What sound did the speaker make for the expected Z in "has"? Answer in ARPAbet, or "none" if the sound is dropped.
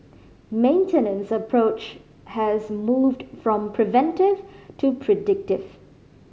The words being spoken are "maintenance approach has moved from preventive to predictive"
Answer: Z